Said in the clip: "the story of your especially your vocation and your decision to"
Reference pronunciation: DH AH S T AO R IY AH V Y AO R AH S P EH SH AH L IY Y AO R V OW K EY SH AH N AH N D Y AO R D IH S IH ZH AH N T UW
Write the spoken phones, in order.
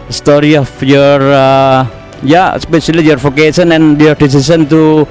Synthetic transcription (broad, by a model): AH S T AO R IY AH F Y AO R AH S P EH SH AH L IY Y AO R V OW K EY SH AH N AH N Y AO R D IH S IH S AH N T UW